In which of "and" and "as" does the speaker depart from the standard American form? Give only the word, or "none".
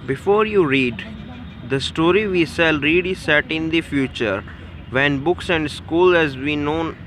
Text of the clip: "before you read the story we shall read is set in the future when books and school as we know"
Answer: none